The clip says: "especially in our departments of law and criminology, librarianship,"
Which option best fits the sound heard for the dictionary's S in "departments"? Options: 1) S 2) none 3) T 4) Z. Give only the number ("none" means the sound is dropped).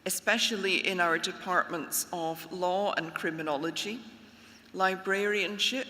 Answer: 1